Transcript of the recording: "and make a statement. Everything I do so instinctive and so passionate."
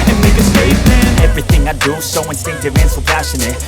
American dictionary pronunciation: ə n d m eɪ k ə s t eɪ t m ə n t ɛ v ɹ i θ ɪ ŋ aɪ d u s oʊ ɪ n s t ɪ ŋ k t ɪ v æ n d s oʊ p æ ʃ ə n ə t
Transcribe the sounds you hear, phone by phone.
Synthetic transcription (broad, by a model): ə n m eɪ k ə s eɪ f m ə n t ɛ v ɹ i θ ɪ ŋ aɪ d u s oʊ ɪ n s t ɪ ŋ k t ɪ v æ n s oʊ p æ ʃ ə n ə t